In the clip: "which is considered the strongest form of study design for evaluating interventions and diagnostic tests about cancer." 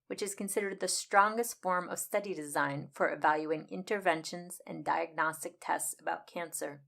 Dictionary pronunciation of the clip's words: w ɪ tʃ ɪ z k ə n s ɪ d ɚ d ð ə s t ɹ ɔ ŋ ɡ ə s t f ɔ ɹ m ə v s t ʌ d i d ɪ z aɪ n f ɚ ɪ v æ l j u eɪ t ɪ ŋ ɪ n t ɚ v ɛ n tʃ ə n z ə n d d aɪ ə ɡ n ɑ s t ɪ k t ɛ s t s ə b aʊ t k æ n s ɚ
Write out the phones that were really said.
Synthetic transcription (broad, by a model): w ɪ tʃ ɪ z k ə n s ɪ d ɚ d ð ə s t ɹ ɔ ŋ ɡ ə s t f ɔ ɹ m ə v s t ʌ d i d ɪ z aɪ n f ɚ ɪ v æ l j u ɪ ŋ ɪ n t ɚ v ɛ n ʃ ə n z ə n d d aɪ ə ɡ n ɑ s t ɪ k t ɛ s t s ə b aʊ t k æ n s ɚ